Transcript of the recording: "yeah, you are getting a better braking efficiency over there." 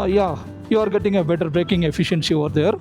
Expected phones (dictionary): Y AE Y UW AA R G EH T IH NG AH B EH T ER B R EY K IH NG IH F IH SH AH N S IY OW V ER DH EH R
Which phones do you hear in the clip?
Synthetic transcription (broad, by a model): Y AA Y UW AA R G EH T IH NG AH B EH T ER B R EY K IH NG IH F IH SH AH N S IY OW V ER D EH R